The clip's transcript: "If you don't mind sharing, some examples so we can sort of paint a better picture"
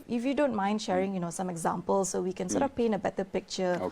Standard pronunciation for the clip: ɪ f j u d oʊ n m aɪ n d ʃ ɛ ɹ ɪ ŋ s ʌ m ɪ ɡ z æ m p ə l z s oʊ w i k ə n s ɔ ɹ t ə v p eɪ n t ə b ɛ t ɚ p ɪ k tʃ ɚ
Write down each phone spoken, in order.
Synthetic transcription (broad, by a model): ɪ f j u d oʊ n m aɪ n d ʃ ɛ ɹ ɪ ŋ s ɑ m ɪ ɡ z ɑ m p ə l s oʊ w i k ə n s ɔ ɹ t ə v p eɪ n ə b ɛ t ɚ p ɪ k tʃ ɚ